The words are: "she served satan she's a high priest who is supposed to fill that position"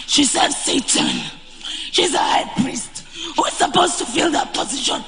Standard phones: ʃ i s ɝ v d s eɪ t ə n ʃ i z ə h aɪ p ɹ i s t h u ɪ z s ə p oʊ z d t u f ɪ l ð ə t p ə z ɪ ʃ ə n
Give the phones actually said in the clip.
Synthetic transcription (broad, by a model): ʃ i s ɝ d s eɪ t ə n ʃ i z ə h aɪ p ɹ i s t h u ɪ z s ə p oʊ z t u f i l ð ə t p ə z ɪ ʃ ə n